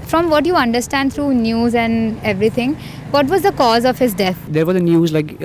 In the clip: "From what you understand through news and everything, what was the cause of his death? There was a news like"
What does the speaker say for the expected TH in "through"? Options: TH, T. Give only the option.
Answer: T